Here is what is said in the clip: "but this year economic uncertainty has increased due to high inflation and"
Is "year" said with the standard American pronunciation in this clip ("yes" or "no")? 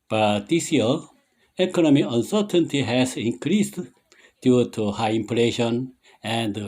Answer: no